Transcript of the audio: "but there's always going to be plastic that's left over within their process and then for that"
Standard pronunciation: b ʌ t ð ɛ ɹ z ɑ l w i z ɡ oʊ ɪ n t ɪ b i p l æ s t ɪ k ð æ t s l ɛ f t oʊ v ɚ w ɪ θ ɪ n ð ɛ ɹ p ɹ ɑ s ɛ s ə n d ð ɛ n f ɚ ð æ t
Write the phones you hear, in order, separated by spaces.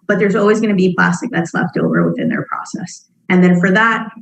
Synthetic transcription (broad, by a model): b ʌ t ð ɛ ɹ z ɑ l w i z ɡ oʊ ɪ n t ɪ b i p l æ s t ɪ k ð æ t s l ɛ f t oʊ v ɚ w ɪ θ ɪ n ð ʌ ɹ p ɹ ɑ s ɛ s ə n ð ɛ n f ɚ ð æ t